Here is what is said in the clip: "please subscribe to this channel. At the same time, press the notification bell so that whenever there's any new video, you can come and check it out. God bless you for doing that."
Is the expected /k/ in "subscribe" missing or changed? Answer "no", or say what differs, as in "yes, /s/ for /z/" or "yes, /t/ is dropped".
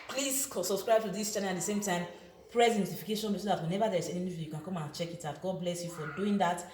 no